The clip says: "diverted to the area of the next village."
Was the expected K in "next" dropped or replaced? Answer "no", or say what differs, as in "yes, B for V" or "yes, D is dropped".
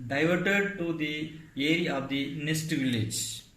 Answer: yes, K is dropped